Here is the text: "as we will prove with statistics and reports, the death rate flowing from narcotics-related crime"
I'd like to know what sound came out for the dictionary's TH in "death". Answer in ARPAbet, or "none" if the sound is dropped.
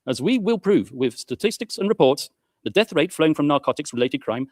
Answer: TH